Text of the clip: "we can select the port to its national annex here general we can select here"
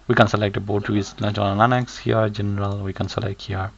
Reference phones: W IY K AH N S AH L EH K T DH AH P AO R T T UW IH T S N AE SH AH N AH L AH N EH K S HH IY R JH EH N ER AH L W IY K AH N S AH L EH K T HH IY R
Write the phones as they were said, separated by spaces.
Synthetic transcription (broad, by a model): W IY K AH N S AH L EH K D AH B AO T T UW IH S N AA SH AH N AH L AH N EH K S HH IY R JH EH N ER AH L W IY K AH N S AH L EH K T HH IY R